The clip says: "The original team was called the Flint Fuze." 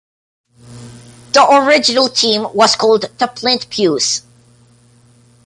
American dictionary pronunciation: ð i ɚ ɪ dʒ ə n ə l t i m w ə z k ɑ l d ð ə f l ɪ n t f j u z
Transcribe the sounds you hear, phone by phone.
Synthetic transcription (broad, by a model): ð i ɚ ɪ dʒ ə n ə l t i m w ə z k ɑ l d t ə p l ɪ n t p j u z